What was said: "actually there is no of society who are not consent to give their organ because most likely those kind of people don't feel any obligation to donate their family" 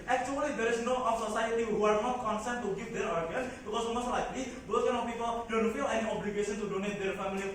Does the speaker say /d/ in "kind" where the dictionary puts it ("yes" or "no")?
no